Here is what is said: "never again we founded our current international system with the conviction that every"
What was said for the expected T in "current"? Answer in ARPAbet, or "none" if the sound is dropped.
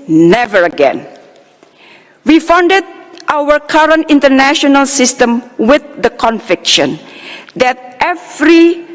T